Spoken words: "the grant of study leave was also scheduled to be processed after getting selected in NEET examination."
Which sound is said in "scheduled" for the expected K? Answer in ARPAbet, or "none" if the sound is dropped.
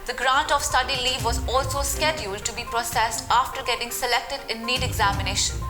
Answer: K